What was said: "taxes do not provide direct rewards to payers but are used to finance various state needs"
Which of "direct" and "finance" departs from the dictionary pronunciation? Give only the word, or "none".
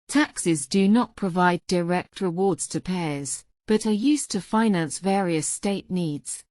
none